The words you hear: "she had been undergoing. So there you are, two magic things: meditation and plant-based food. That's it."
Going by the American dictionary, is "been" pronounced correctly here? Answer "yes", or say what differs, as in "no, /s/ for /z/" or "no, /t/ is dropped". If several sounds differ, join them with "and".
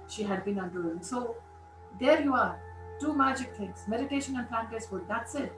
yes